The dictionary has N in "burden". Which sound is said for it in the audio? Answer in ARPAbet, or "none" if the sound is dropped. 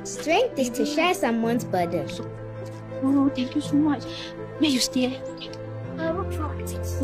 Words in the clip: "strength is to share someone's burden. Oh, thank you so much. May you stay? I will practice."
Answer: none